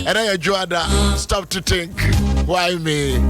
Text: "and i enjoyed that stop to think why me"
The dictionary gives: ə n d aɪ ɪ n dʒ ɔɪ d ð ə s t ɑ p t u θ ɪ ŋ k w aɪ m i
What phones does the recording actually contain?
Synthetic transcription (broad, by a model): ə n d aɪ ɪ dʒ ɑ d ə s t ɑ p t u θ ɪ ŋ k w aɪ m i